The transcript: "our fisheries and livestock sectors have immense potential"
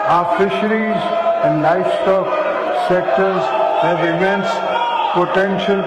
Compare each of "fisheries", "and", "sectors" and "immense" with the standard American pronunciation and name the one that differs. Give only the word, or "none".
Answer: none